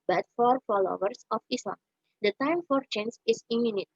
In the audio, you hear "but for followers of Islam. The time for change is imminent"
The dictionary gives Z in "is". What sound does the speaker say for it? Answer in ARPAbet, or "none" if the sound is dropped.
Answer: S